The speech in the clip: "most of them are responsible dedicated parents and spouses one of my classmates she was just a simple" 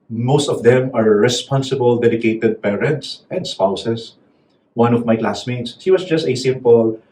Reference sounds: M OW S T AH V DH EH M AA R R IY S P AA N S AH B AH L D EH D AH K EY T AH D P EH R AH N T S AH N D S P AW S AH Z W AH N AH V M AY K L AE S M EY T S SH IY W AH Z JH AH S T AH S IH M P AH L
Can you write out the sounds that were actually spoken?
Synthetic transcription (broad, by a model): M OW S T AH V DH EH M AA R R IY S P AA N S AH B AH L D EH D AH K EY T AH D P EH R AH N T S AH N D S P AW S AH S W AH N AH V M AY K L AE S M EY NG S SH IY W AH S JH AH S T AH S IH M P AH L